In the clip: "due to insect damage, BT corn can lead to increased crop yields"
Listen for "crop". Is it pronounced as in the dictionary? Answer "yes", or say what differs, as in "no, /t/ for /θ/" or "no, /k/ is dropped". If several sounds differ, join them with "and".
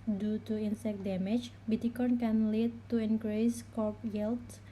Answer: no, /ɹ/ is dropped